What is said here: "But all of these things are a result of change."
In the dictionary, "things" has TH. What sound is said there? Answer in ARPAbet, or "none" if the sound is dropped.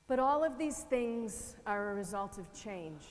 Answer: TH